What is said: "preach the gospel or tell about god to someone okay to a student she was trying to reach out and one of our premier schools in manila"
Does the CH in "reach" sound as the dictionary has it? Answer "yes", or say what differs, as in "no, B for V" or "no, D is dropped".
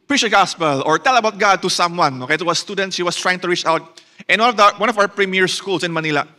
yes